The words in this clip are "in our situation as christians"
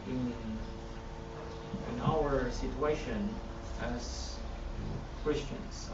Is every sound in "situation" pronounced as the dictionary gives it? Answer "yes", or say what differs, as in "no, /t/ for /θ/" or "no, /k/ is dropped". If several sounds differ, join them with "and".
yes